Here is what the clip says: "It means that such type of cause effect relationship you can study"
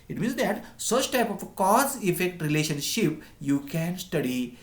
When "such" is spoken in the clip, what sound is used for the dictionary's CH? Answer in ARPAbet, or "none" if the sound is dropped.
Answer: CH